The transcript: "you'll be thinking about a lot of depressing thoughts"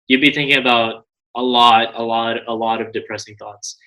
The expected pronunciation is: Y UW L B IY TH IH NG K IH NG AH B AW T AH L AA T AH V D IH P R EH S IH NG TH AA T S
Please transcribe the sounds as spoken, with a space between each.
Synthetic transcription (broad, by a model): Y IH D B IY TH IH NG K IH NG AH B AW T AH L AA T AH V D IH P R EH S IH NG TH AA T S